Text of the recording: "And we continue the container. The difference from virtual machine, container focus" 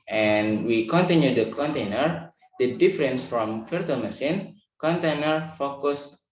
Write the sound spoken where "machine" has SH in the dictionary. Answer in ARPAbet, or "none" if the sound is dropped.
S